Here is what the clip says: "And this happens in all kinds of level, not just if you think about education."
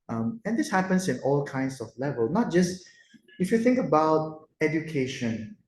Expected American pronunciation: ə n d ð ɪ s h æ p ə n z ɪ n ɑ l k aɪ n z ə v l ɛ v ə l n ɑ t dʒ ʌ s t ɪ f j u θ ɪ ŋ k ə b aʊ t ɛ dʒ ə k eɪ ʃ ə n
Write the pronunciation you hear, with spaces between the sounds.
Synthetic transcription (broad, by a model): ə n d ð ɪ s h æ p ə n s ɪ n ɑ l k aɪ n s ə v l ɛ v ə l n ɑ t dʒ ʌ s t ɪ f j u θ ɪ ŋ k ə b aʊ t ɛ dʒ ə k eɪ ʃ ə n